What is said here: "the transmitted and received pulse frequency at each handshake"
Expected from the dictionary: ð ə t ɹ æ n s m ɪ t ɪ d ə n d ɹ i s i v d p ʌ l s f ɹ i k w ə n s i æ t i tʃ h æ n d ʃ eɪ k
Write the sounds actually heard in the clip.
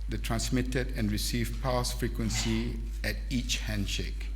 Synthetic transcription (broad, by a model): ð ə t ɹ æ n s m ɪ t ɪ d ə n ɹ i s i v p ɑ s f ɹ i k w ə n s i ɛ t i tʃ h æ n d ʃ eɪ k